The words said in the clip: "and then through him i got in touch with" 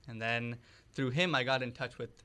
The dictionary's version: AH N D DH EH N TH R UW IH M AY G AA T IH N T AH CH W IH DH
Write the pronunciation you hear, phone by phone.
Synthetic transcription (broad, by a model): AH N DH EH N TH R UW IH M AY G AA T IH N T AH CH W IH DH